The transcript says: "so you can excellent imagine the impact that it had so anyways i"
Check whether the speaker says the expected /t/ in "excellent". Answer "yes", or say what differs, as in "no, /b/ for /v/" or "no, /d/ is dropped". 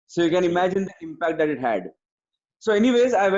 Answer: no, /t/ is dropped